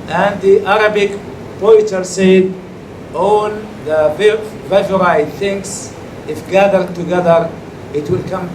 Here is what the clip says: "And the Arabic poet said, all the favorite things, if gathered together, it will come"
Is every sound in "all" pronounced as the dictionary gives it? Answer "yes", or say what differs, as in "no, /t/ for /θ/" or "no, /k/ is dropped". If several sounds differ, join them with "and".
no, /n/ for /l/